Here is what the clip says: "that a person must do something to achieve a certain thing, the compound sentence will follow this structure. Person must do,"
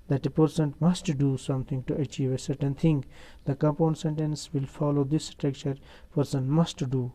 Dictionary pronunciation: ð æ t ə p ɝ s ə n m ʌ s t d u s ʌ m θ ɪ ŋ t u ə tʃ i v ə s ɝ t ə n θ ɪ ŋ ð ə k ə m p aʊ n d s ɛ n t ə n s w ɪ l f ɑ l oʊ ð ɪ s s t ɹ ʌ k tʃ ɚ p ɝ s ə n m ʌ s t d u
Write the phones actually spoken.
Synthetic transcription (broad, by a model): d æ t ə p ɝ s ə n m ʌ s t d u s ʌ m t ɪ ŋ t u ə tʃ i v ə s ɝ t ə n t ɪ ŋ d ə k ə p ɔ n s ɛ n t ə n s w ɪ l f ɑ l oʊ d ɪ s s t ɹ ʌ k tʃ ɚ p ɝ s ə n m ʌ s t d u